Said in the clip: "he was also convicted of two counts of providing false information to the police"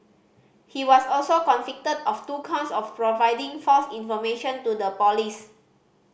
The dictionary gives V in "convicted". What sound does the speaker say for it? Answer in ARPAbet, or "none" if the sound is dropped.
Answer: F